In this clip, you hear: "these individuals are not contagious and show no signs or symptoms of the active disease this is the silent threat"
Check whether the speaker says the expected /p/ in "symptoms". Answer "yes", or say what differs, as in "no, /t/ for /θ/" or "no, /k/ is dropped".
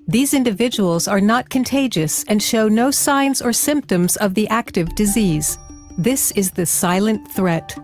yes